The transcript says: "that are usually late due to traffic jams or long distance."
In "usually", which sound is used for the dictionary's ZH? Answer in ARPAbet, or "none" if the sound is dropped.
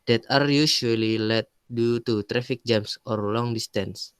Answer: SH